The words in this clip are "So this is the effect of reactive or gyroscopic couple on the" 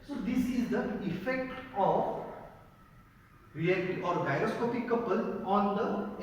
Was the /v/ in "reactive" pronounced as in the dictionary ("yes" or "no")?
no